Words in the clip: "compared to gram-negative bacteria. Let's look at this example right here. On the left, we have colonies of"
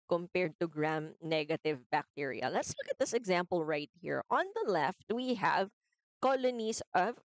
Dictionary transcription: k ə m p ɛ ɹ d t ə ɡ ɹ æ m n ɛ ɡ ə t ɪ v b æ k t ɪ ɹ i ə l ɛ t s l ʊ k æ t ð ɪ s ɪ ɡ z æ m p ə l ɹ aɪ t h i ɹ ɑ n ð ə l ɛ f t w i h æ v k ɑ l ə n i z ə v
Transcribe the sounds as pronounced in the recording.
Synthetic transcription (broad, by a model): k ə m p ɛ ɹ d t ə ɡ ɹ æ m n ɛ ɡ ə t ɪ v b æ k t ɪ ɹ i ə l ɛ t s l ʊ k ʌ t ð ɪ s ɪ ɡ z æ m p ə l ɹ aɪ t h i ɹ ɑ n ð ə l ɛ f t w i h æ v k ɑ l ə n i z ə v